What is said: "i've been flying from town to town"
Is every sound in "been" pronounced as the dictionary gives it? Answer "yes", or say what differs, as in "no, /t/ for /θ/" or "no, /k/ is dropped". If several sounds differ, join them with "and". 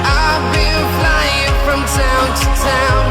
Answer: no, /l/ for /n/